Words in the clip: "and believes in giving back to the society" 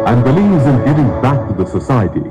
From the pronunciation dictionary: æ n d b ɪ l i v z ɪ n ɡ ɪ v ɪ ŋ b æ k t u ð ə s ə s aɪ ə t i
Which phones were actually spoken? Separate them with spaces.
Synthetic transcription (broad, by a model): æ n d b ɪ l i z ɪ n ɡ ɪ v ɪ ŋ b æ k t u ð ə s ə s aɪ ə t i